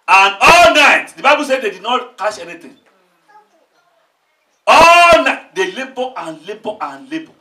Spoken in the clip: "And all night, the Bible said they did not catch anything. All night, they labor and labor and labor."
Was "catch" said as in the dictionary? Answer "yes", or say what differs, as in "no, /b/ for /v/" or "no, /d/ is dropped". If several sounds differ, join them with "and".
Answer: no, /ʃ/ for /tʃ/